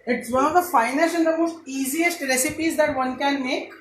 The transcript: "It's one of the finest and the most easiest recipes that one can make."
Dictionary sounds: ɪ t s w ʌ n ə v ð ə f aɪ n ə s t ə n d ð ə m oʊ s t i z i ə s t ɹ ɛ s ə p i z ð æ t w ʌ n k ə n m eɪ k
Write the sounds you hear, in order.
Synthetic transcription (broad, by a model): ɪ t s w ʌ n ə v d ə f aɪ n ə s ə n d ə m oʊ s t i z i ə s t ɹ ɛ s ə p i z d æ t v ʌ n k ə n m eɪ k